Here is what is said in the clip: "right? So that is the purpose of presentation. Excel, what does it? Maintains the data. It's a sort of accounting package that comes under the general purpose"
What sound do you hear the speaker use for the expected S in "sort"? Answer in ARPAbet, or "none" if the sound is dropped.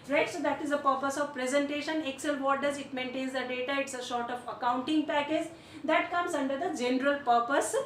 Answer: SH